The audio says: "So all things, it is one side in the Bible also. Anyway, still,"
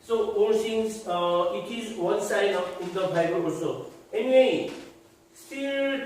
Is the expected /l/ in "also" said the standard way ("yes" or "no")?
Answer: no